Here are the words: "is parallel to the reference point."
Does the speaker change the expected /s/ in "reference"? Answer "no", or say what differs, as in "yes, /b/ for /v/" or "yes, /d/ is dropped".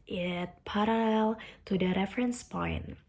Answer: no